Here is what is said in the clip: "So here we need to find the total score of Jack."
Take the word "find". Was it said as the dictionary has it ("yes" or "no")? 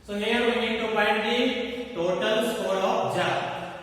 no